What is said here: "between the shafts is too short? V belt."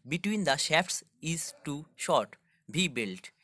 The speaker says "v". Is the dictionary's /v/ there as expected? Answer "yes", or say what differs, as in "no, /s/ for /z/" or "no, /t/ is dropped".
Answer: no, /b/ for /v/